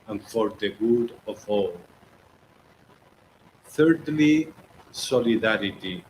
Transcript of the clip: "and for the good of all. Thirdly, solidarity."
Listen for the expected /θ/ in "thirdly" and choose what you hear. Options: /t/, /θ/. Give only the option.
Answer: /θ/